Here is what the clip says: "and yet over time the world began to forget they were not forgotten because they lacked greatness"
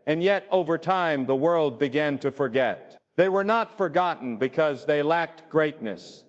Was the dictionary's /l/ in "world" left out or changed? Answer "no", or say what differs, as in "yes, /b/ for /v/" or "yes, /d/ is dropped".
no